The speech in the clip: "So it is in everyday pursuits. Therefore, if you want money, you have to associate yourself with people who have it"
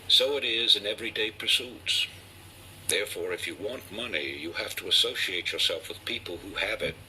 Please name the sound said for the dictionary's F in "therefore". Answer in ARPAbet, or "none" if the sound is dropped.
F